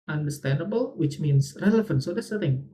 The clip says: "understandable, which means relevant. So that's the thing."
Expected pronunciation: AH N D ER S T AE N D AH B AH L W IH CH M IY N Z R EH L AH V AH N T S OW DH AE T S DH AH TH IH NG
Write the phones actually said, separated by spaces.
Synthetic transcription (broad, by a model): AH N D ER S T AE N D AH B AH L W IH CH M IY N S R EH L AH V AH N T S OW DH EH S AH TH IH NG